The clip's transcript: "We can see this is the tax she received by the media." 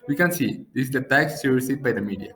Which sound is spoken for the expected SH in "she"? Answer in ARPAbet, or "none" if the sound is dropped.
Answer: S